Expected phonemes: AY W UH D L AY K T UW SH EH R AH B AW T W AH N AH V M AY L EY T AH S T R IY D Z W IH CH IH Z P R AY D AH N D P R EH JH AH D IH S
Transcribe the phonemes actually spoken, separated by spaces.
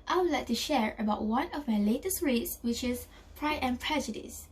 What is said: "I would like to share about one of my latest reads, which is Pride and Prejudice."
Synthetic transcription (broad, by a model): AY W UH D L AY K T UW SH EH R AH B AW T W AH N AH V M AY L EY T AH S T R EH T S W IH CH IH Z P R AY AH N P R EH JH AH D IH S